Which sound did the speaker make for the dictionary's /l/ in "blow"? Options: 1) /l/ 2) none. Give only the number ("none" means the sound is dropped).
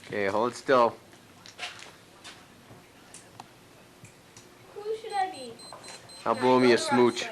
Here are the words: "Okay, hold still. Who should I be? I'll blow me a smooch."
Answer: 2